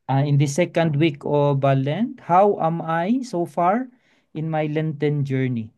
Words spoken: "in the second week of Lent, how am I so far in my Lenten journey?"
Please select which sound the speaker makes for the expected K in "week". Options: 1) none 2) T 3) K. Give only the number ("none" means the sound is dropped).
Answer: 3